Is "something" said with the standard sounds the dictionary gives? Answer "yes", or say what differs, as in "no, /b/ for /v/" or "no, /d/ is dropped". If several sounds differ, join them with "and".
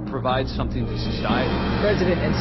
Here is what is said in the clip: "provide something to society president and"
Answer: yes